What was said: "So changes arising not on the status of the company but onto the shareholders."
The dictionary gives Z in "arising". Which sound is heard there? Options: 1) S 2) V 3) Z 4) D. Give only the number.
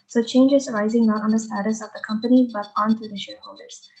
3